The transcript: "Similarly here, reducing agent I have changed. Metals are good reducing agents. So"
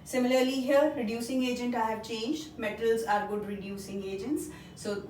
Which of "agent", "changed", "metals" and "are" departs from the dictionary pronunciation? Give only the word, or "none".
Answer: none